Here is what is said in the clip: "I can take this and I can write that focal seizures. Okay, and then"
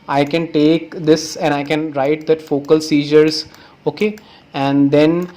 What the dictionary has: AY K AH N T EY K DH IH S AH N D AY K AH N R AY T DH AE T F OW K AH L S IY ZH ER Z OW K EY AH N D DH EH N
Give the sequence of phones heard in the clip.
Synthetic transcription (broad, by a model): AY K AH N T EY K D IH S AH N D AY K AH N R AY T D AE T F OW K AH L S IY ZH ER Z OW K EY AH N D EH N